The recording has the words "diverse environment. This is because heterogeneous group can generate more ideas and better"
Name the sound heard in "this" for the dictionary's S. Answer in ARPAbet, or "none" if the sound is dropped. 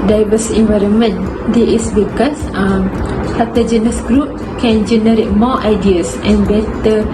none